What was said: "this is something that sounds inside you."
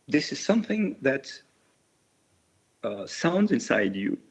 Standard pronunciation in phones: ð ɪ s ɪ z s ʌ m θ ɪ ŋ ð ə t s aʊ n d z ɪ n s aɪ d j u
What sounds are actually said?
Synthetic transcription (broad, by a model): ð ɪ s ɪ z s ʌ m θ ɪ ŋ ð ə t s aʊ n d z ɪ n s aɪ d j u